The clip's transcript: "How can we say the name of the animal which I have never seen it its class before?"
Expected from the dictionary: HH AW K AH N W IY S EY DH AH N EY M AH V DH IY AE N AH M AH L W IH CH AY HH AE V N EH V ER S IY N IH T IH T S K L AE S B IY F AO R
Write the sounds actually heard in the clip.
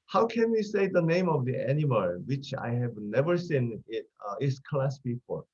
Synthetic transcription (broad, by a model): HH AW K AH N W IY S EY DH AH N EY M AH V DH IY AE N AH M AH L W IH CH AY HH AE V N EH V ER S IY N IH T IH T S K L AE S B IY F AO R